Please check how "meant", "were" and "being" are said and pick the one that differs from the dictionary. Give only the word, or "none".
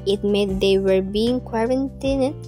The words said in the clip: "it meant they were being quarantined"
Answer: meant